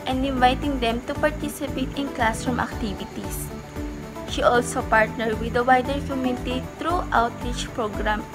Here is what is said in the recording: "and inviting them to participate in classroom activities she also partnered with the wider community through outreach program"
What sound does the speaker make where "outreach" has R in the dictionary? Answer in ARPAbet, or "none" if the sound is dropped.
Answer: R